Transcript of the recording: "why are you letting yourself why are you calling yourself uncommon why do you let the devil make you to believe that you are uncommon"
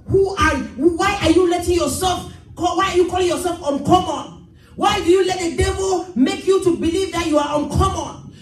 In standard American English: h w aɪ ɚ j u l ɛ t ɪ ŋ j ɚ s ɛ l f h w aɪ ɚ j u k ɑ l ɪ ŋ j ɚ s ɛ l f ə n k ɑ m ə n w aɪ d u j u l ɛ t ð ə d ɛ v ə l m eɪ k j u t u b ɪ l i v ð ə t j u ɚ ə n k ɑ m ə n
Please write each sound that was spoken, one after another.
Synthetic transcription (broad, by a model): h w aɪ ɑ j u l ɛ t ɪ ŋ j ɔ s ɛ l f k w aɪ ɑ j u k ɑ l ɪ ŋ j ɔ s ɛ l f ə n k ɑ m ə n w aɪ d u j u l ɛ t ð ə d ɛ v ə l m eɪ k j u t u b ɪ l i v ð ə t j u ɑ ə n k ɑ m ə n